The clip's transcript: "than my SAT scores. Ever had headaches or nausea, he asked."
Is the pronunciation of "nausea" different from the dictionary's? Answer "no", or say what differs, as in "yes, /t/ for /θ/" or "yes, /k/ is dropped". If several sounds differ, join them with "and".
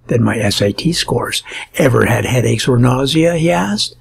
no